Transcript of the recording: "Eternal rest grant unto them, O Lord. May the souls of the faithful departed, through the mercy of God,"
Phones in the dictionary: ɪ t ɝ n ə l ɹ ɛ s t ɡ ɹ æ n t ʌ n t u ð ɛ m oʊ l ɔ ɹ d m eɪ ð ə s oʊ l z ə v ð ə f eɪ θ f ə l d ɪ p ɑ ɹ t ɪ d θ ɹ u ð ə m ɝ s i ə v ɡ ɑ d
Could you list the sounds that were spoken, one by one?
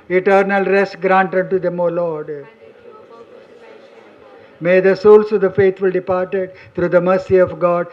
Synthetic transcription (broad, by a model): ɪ t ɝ n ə l ɹ ɛ s t ɡ ɹ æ n t ʌ n t u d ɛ m oʊ l ɔ ɹ d m eɪ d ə s oʊ l s ə v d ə f eɪ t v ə l d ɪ p ɑ ɹ t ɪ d t ɹ u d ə m ɝ s i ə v ɡ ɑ d